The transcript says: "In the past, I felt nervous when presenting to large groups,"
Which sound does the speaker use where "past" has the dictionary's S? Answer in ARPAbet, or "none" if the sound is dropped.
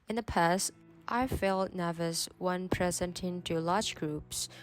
S